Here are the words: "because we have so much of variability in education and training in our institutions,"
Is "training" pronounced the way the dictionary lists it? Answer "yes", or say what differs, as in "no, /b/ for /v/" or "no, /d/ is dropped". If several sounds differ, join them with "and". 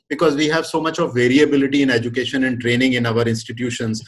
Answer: yes